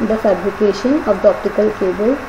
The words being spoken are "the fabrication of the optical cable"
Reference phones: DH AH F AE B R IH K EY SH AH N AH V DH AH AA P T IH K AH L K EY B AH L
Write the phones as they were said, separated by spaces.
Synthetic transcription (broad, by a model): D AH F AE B L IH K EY SH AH N AH V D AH AA P T IH K AH L K EY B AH L